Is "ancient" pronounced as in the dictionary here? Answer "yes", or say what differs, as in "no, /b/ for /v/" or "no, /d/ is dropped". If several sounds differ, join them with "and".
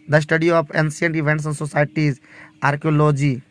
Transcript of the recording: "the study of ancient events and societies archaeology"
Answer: no, /s/ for /ʃ/